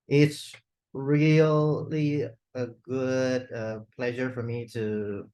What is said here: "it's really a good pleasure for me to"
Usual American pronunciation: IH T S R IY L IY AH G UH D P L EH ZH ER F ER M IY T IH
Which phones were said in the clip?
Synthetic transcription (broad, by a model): IH T S R IY L IY AH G UH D P L EH ZH ER F ER M IY T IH